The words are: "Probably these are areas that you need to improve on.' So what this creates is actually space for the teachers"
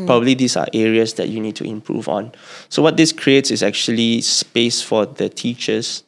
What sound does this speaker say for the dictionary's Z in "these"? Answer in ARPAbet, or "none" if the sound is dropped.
S